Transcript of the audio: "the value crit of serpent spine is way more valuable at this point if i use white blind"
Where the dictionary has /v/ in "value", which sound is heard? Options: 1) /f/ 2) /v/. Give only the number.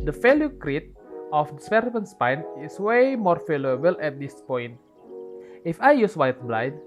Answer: 1